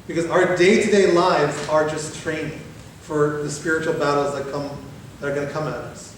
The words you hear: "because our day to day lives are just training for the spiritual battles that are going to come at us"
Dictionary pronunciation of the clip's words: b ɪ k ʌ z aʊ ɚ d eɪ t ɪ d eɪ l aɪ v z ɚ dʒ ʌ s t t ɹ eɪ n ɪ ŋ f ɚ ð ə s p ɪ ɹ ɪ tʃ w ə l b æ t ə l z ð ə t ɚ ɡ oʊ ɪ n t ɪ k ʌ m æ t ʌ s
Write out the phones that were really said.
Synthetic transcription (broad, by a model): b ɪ k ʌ z aʊ ɚ d eɪ t ɪ d eɪ l aɪ v z ɚ dʒ ʌ s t t ɹ eɪ n ɪ ŋ f ɚ ð ə s p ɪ ɹ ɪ tʃ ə l b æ t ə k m ð ə t ɚ ɡ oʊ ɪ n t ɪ k ʌ m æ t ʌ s